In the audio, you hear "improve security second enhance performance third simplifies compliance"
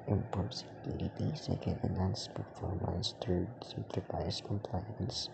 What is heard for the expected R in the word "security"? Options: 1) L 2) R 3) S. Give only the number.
1